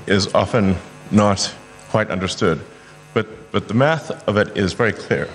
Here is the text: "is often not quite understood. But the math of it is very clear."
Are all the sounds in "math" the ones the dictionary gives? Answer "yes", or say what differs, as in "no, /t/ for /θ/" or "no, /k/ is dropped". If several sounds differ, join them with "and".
yes